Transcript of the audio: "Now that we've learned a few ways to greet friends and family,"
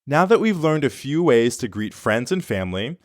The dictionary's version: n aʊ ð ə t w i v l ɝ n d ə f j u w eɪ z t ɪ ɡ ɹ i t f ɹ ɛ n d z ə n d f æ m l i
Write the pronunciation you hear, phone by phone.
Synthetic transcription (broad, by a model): n aʊ ð ə t w i v l ɝ n d ə f j u w eɪ z t ɪ ɡ ɹ i t f ɹ ɛ n d z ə n f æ m l i